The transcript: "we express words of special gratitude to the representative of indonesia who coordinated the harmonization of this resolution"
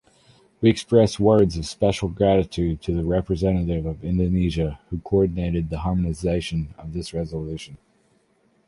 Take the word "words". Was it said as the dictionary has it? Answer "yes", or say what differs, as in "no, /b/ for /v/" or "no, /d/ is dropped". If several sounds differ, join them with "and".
yes